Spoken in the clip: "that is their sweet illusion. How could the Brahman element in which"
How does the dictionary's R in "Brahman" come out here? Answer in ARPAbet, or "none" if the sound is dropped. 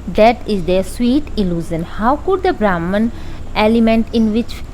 R